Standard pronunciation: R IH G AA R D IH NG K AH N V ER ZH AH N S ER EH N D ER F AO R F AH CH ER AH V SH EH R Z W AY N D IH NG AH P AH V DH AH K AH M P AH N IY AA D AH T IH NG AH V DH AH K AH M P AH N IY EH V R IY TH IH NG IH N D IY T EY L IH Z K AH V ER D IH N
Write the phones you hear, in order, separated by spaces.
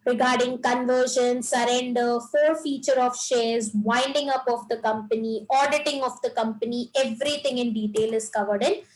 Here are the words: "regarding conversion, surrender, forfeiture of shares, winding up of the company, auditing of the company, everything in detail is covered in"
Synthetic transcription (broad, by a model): R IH G AA R D IH NG K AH N V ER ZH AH N S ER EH N D ER F AO R F AH CH ER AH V SH EH R Z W AY N D IH NG AH P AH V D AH K AH M P AH N IY AA D AH T IH NG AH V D AH K AH M P AH N IY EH V R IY T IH NG IH N D IY T EY L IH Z K AH V ER D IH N